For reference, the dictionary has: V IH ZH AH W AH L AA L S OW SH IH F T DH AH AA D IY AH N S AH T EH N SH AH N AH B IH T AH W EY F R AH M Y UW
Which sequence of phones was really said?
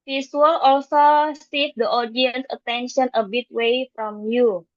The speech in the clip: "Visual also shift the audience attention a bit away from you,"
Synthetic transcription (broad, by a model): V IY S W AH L AA L S OW S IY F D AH AA D IY AH N S AH T EH N SH AH N AH B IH T W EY F R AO M Y UW